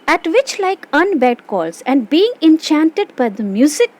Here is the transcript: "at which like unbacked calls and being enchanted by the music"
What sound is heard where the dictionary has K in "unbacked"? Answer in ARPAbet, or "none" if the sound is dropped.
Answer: none